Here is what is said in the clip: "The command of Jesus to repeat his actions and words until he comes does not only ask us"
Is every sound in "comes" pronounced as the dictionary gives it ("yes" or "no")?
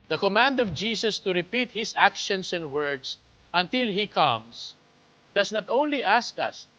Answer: no